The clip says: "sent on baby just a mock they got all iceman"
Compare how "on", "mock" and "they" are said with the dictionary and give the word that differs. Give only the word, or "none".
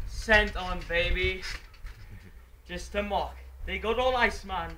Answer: none